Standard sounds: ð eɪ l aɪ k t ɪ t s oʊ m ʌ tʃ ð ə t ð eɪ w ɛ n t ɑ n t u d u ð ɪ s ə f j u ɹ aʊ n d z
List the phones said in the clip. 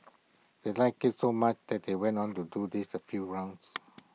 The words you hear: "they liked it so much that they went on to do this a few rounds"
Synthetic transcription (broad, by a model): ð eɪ l aɪ k ɪ t s oʊ m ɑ tʃ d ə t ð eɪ w ɛ n t ɑ n t u d u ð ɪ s ə f j u ɹ aʊ n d s